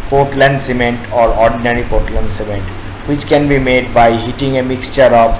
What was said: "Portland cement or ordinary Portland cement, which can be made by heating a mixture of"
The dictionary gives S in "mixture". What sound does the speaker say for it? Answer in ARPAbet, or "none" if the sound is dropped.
S